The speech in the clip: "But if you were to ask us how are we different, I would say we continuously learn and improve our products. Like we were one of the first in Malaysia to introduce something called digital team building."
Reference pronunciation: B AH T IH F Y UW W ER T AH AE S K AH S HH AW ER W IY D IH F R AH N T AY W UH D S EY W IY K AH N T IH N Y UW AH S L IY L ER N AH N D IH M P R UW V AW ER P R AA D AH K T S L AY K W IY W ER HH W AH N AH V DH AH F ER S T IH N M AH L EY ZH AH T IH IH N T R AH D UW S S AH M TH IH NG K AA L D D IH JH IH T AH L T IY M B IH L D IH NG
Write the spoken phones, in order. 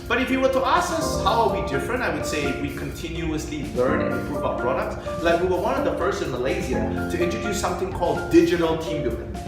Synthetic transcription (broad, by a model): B AH T IH F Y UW W ER T AH AE S K AH S HH AW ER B IY D IH F R AH N T AY W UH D S EY W IY K AH N T IH N Y UW AH S L IY L ER N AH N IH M P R UW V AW P R AA D AH K T S L AY K W IY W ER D W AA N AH DH AH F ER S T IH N M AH L EY Z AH T IH IH N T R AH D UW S S AH M TH IH NG K AA L D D IH JH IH T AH L T IY M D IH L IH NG